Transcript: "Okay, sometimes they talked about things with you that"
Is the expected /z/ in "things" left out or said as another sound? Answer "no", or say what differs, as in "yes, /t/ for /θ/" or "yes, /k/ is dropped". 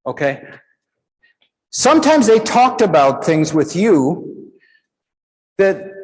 no